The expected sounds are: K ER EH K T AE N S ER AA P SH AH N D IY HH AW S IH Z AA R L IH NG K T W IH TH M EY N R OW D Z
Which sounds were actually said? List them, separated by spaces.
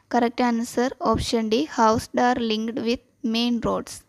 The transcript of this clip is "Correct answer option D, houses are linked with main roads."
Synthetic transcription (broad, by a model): K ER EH K T AE N S ER AA P SH AH N D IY HH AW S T AA R L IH NG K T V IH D M EY N R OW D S